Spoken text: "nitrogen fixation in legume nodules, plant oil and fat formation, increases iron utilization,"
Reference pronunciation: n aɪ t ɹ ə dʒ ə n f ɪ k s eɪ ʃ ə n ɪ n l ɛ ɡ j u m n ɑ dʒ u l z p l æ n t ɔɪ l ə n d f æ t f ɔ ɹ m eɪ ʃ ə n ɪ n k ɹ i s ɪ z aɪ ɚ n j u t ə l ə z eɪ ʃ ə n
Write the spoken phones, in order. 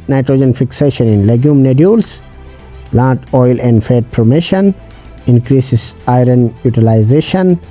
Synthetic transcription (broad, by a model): n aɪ t ɹ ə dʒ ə n f ɪ k s eɪ ʃ ə n ɪ n l ɛ ɡ j u m n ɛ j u l s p l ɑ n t ɔɪ l ə n d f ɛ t p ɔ m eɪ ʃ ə n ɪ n k ɹ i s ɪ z aɪ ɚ n j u t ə l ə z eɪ ʃ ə n